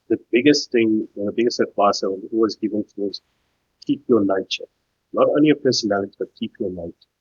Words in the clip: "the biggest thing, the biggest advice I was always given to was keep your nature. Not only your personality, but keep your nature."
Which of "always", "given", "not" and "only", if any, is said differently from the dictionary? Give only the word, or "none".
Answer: none